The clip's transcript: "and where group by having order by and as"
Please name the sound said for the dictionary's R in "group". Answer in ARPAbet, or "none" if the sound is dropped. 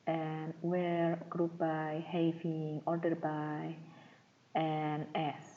R